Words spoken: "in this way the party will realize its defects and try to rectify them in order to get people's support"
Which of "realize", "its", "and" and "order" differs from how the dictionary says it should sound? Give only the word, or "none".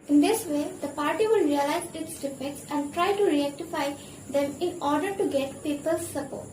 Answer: none